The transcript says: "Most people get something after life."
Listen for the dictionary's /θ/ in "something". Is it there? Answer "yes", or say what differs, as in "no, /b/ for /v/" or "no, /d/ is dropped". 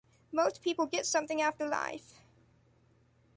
yes